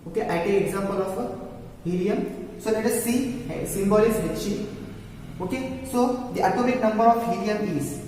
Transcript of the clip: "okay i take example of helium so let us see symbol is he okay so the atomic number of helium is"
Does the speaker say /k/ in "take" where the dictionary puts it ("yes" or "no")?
no